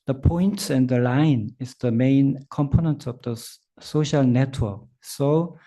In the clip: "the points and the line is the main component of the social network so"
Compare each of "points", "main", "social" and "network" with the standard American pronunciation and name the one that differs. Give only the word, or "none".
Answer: points